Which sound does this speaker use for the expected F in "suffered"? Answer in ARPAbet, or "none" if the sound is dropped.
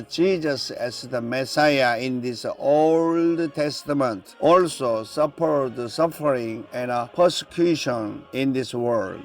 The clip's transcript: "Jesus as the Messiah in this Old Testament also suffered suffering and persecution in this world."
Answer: P